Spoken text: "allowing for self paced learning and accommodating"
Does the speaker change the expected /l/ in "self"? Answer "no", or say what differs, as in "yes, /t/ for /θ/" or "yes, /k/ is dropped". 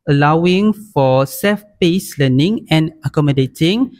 yes, /l/ is dropped